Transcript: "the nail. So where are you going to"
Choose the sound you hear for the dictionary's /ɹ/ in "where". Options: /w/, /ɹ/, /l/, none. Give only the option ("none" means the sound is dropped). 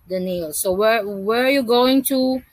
/w/